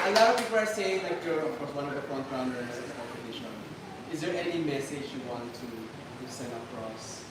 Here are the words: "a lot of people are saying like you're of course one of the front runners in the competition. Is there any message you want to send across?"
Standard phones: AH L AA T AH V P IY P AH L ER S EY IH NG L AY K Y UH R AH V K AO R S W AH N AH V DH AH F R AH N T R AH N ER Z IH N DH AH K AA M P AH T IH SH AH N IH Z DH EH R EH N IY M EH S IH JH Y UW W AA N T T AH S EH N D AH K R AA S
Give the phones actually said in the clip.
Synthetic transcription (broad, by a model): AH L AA AH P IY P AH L ER S EY IH NG L AY K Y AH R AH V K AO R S W AH N AH V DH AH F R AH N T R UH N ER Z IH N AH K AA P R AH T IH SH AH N IH Z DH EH R EH N IY M EH S IH JH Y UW W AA N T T S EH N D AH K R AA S